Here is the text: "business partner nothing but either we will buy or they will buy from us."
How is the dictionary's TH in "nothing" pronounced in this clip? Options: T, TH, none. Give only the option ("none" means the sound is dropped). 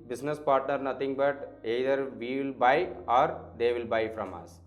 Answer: T